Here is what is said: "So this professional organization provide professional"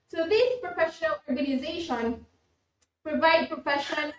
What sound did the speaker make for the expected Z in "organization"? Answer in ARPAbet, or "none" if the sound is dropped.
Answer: Z